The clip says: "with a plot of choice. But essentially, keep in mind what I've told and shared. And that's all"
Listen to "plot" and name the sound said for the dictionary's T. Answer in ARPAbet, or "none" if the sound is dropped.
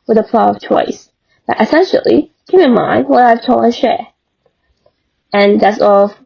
none